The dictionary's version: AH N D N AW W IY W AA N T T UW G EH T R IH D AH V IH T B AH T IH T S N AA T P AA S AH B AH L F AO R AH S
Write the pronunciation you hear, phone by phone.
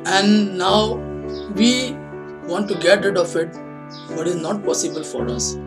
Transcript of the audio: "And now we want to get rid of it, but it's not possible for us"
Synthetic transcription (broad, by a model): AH N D N AW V IY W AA N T T UW G EH T R IH D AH F IH T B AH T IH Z N AA T P AA S AH B AH L F AO R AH S